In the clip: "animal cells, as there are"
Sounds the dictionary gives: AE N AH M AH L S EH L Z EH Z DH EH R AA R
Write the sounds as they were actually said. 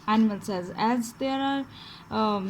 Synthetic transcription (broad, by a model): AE N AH M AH L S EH Z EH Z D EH R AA R